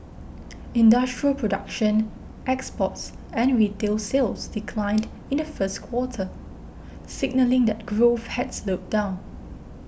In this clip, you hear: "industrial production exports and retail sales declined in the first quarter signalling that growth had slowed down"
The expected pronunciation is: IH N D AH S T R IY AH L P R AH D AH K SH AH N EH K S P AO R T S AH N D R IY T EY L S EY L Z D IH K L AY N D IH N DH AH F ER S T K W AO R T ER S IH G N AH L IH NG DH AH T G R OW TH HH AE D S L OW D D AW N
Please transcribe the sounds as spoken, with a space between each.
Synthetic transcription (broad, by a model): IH N D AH S T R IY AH L P R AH D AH K SH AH N EH K S P AO T S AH N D R IY T EY L S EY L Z D IH K L AY N D IH N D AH F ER S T K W AO T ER S IH G N AH L IH NG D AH T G R OW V HH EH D S L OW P D AW N